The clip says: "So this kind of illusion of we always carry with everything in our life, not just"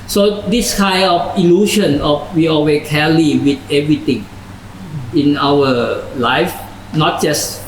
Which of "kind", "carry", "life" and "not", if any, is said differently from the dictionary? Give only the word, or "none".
carry